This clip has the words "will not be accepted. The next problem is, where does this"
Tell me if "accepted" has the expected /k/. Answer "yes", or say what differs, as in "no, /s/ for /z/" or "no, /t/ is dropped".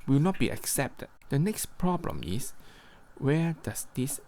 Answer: yes